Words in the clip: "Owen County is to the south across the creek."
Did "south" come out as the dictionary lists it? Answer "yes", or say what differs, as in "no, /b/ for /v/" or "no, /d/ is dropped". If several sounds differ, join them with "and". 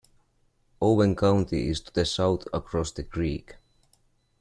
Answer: yes